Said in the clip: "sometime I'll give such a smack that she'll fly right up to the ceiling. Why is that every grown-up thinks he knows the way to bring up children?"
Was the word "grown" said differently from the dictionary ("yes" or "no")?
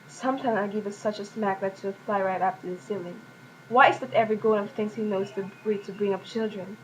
yes